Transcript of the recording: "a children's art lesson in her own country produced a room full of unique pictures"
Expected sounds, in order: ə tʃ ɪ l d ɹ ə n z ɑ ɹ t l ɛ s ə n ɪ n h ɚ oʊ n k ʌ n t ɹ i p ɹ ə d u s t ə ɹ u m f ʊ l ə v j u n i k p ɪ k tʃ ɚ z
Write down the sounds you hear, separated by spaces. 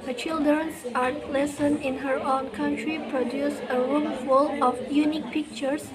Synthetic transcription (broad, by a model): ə tʃ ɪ l d ɹ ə n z ɑ ɹ t l ɛ s ə n ɪ n h ɚ oʊ n k ʌ n t ɹ i p ɹ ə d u s ə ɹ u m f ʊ l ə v j u n i k p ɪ k tʃ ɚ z